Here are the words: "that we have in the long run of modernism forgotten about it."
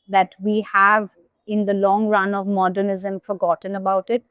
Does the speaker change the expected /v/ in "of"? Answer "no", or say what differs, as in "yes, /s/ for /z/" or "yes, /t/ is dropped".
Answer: no